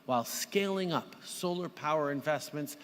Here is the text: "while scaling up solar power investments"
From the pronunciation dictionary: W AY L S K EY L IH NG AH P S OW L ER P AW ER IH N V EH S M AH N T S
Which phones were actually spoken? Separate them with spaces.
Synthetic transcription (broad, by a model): W AY L S K EY L IH NG AH P S OW L ER P AW ER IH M V EH S M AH N T S